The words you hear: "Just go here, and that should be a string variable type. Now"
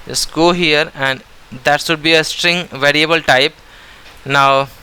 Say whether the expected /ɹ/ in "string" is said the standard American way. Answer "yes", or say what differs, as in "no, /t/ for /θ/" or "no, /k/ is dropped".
yes